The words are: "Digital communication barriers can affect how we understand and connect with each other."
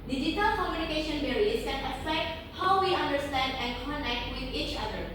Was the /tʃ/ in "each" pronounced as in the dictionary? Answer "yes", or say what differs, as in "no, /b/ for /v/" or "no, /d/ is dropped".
yes